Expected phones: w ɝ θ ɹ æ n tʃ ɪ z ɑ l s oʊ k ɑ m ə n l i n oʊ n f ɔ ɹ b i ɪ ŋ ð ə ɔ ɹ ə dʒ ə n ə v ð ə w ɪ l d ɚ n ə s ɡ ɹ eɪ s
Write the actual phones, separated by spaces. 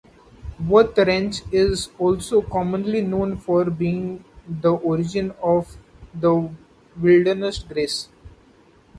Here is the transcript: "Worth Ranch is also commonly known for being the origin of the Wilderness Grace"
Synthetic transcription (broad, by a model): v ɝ t ɹ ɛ n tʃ ɪ z ɑ l s oʊ k ɑ m ə n l i n oʊ n f ɔ ɹ b i ɪ ŋ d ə ɔ ɹ ə dʒ ə n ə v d ə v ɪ l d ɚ n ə s ɡ ɹ eɪ s